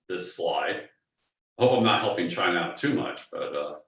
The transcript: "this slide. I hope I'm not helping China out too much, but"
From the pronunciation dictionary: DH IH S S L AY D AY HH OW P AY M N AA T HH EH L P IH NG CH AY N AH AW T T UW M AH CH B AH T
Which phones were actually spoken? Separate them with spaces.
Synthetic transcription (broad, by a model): DH IH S S L AY D AY HH OW P AY M N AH T HH EH L P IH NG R AY AH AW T T UW M AH CH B AH T